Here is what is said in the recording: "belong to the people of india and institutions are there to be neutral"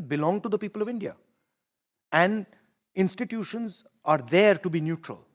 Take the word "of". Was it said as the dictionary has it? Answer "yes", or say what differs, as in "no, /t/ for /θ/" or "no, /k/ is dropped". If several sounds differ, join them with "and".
yes